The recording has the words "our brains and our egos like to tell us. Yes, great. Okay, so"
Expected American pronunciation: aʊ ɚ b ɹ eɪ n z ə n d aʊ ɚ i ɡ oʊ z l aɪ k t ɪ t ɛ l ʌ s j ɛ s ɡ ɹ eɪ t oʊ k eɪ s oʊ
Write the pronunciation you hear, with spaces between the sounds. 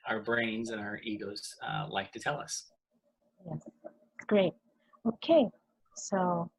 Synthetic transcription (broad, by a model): aʊ ɚ b ɹ eɪ n z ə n aʊ ɚ i ɡ oʊ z l aɪ k t ɪ t ɛ l ʌ s j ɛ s ɡ ɹ eɪ t oʊ k eɪ s oʊ